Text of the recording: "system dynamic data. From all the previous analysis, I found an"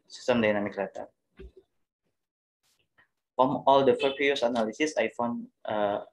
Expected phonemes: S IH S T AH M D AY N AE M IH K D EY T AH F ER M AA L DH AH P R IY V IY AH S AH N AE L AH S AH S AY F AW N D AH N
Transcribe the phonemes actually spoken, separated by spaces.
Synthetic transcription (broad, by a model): S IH S T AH M D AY N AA M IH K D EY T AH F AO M AA L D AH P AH P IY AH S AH N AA L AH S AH S AY F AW N AH